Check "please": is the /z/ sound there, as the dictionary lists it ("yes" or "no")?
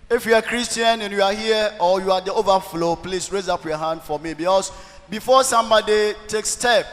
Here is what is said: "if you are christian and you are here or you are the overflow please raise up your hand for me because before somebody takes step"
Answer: no